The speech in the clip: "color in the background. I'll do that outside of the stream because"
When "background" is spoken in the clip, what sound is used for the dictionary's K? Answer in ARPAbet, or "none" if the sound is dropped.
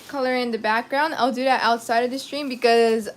K